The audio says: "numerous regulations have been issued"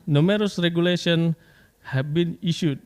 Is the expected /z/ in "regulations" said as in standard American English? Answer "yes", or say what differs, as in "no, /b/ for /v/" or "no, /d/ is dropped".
no, /z/ is dropped